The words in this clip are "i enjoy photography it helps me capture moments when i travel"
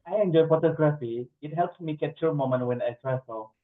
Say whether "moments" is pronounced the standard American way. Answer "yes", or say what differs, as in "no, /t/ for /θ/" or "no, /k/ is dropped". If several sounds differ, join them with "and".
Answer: no, /s/ is dropped